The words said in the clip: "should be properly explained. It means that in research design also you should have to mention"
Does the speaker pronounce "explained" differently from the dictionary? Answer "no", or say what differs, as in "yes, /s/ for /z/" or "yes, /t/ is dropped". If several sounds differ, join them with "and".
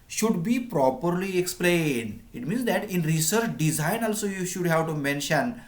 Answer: no